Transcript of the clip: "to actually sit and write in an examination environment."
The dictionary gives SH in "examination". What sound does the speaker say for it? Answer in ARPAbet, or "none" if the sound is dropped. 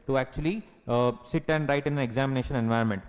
SH